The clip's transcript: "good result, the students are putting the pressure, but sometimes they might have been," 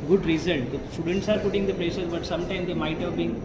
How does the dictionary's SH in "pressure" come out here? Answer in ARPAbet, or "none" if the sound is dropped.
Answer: S